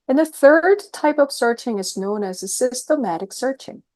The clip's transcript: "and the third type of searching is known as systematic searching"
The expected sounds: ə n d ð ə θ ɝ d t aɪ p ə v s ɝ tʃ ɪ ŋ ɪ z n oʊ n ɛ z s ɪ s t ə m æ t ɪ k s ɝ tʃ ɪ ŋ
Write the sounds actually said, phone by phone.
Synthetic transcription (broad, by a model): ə n ð ə θ ɝ d t aɪ p ə v s ɝ tʃ ɪ ŋ ɪ z n oʊ n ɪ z s ɪ s t ə m æ t ɪ k s ɝ tʃ ɪ ŋ